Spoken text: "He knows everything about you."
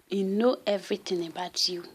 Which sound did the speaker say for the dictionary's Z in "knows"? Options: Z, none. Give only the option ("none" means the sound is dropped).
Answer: none